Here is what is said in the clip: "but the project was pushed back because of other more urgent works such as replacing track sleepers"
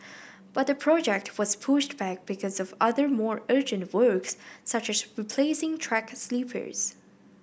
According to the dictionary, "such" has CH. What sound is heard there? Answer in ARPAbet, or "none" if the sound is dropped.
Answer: CH